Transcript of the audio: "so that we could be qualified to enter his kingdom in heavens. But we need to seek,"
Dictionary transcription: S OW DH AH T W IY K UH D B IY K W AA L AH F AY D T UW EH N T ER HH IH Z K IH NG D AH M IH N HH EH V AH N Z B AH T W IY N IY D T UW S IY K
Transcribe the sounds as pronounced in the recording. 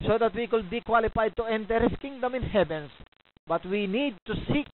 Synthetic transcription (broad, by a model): S OW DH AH T W IY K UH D B IY K W AA L AH F AY D T UW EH N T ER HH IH S K IH NG D AH M IH N HH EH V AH N S B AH T W IY N IY D T UW S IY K